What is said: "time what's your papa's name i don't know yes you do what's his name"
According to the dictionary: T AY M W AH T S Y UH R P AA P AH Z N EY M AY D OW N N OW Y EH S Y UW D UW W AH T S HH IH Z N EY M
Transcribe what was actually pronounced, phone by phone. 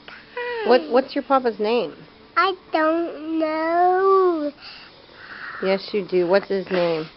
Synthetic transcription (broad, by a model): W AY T W AH T S Y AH R P AA P AH Z N EY M AY D OW N N OW Y EH S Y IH D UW W AH T S HH IH Z N EY M